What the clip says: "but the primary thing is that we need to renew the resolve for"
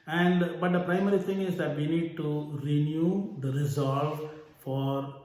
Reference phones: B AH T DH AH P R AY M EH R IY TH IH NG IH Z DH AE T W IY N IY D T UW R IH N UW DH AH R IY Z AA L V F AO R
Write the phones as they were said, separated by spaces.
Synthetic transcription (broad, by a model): B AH T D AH P R AY M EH R IY T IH NG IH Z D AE T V IY N IY D T UW R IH N UW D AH R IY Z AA L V F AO R